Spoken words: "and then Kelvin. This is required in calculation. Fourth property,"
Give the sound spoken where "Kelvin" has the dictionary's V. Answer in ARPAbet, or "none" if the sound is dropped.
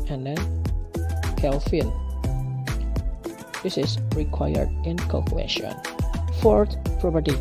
F